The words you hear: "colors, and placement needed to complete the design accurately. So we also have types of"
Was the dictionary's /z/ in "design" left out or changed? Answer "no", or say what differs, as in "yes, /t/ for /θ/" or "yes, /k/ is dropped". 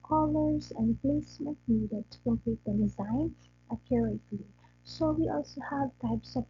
no